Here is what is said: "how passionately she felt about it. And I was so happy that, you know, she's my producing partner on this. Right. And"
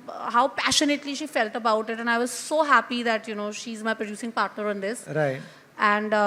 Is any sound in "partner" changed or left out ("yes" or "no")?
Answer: no